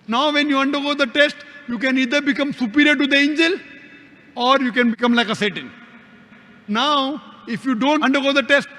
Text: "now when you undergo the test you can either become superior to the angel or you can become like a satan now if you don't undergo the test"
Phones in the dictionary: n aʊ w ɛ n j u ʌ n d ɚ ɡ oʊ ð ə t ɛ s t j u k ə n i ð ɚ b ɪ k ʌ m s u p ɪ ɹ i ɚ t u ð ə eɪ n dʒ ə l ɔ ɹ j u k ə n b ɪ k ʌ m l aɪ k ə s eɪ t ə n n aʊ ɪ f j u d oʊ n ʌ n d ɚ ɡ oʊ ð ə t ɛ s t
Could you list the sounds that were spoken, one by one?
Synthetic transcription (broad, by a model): n aʊ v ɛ n j u ʌ n d ɚ ɡ oʊ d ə t ɛ s t j u k ə n i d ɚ b ɪ k ʌ m s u p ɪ ɹ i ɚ t u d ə eɪ n dʒ ə l ɔ ɹ j u k ə n b ɪ k ʌ m l aɪ k ə s eɪ t ə n n aʊ ɪ f j u d oʊ n ʌ n d ɚ ɡ oʊ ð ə t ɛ s t